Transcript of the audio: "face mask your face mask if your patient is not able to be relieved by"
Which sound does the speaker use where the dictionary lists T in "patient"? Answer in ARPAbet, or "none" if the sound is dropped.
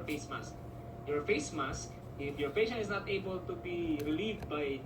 none